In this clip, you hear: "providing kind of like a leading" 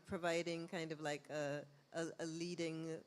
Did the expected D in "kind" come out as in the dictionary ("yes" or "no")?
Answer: yes